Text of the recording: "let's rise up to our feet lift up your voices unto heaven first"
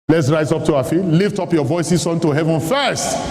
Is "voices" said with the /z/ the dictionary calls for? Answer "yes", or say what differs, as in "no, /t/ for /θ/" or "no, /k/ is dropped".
no, /s/ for /z/